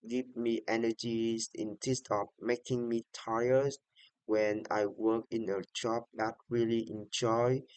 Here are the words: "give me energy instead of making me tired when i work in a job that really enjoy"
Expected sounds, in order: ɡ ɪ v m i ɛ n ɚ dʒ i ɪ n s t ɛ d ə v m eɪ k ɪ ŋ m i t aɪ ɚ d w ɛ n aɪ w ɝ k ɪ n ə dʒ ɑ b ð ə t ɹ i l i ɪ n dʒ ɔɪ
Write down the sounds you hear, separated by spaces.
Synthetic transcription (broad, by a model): ɡ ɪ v m i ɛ n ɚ dʒ i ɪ n t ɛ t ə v m eɪ k ɪ ŋ m i t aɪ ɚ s w ɛ n aɪ w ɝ k ɪ n ə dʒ ɑ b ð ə t ɹ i l i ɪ n dʒ ɔɪ